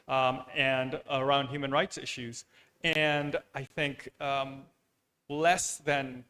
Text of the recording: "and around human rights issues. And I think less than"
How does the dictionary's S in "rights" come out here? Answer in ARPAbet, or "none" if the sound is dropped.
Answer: S